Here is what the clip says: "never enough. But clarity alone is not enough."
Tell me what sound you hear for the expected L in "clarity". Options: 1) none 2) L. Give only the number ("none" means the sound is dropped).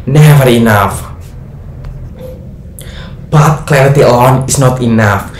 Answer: 2